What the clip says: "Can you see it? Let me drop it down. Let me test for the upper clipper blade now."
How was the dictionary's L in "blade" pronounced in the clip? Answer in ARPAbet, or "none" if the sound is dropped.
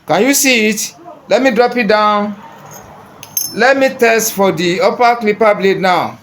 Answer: L